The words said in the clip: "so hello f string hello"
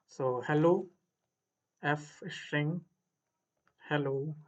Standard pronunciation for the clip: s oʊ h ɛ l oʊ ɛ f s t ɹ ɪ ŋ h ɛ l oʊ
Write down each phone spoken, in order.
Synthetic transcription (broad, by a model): s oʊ h ɛ l oʊ ɛ f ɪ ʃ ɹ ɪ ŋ h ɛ l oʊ